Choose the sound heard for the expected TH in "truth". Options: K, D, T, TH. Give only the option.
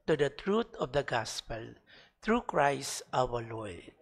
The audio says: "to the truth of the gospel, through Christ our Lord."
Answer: T